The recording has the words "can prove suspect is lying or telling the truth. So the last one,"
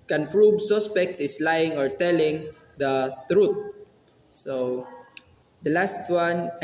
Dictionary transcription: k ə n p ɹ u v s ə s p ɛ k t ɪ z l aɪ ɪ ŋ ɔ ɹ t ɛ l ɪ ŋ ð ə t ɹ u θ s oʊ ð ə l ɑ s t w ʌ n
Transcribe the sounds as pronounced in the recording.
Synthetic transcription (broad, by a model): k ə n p ɹ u b s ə s p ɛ k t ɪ s l aɪ ɪ ŋ ɔ ɹ t ɛ l ɪ ŋ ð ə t ɹ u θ s oʊ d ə l ɑ s t w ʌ n